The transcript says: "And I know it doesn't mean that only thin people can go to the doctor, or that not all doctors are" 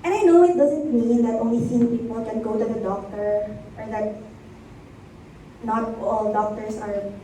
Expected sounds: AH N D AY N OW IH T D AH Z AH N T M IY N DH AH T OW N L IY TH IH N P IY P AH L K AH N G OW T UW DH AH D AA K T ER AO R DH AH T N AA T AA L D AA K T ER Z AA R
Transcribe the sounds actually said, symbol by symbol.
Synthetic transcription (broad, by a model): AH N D AY N OW IH T D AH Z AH N T M IY N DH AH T OW N L IY S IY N P IY P AH L K AH N G OW T UW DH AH D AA K T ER AO R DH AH T N AA T AA L D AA K T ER S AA R